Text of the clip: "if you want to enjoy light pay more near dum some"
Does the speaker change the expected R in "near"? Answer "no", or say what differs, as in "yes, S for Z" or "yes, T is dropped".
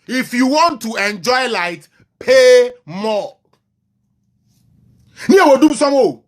yes, W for R